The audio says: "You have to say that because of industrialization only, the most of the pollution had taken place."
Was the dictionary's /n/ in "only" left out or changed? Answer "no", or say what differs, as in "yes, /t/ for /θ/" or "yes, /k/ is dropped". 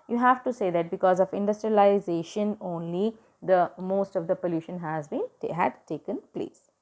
no